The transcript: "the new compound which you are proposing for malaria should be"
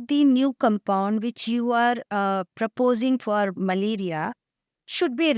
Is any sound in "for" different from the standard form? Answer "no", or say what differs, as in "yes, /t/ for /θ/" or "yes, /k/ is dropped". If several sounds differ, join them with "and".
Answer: no